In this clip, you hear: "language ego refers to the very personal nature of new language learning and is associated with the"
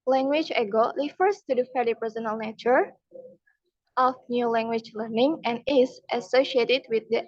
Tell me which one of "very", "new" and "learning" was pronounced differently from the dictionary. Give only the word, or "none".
very